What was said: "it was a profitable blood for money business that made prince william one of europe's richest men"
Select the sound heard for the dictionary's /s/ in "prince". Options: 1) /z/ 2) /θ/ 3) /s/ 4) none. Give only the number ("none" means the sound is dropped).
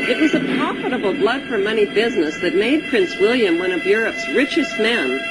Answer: 3